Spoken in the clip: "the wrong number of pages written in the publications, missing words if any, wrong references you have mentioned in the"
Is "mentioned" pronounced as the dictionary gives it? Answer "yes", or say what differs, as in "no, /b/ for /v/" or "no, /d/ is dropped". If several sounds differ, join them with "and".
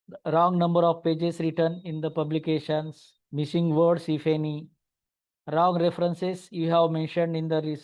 yes